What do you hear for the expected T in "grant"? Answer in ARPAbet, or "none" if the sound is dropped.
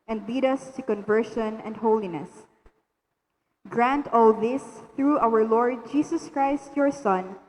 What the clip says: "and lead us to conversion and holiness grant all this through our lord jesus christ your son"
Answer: T